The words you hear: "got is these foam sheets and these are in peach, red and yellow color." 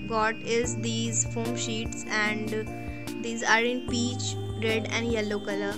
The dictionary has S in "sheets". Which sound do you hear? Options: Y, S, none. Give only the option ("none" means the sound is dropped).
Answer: S